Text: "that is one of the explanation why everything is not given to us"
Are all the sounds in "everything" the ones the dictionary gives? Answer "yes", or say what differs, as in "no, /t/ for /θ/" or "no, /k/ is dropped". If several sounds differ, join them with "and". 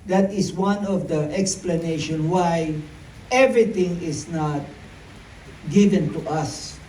no, /t/ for /θ/